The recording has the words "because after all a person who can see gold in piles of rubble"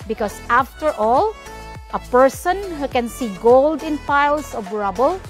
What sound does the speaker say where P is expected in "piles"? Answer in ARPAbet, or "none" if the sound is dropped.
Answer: F